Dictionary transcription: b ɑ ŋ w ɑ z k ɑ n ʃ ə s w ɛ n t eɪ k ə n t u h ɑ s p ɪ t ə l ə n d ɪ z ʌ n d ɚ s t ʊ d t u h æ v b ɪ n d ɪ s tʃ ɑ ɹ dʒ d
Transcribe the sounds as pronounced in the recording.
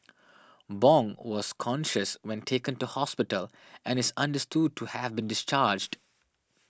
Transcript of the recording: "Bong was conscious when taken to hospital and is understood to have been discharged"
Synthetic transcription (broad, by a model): b ɑ ŋ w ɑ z k ɑ n ʃ ə s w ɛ n t eɪ k ə n t u h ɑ s p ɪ t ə l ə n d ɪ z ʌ n d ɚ s t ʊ d t u h æ v b ɪ n d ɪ s tʃ ɑ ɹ dʒ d